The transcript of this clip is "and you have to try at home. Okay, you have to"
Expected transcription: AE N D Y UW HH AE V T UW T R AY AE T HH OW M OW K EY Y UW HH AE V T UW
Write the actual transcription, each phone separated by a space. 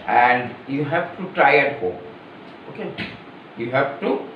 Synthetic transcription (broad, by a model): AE N D Y UW HH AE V T UW T R AY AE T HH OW OW K EY Y UW HH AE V T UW